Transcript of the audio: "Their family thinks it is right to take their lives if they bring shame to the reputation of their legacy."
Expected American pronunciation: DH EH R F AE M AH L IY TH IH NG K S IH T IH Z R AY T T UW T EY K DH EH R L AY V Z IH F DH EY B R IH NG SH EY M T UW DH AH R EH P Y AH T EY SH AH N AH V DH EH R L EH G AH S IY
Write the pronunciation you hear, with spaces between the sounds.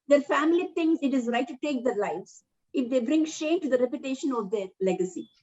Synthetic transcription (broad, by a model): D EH R F AE M AH L IY T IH NG S IH T IH Z R AY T T UW T EY K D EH R L AY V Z IH F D EY B R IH NG SH EY M T UW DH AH R EH P Y AH T EY SH AH N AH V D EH R L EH G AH S IY